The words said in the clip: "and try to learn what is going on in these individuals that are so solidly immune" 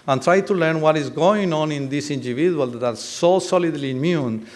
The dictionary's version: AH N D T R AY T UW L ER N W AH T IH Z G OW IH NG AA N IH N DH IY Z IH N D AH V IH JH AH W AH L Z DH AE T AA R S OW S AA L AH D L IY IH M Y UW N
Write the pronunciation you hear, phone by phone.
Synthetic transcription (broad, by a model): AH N T R AY T UW L ER N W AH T IH Z G OW IH NG AA N IH N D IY S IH N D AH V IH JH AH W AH L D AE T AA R S OW S AA L AH D L IY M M Y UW N